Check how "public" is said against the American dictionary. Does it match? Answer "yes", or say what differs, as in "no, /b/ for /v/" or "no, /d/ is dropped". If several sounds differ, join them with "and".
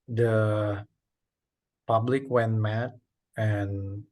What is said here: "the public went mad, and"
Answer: yes